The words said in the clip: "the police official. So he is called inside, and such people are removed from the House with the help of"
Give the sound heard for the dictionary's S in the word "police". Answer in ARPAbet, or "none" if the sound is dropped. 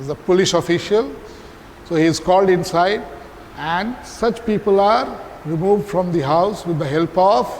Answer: SH